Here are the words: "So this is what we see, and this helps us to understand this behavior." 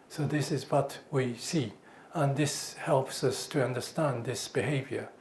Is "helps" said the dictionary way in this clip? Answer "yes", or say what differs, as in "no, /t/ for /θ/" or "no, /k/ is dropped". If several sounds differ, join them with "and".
yes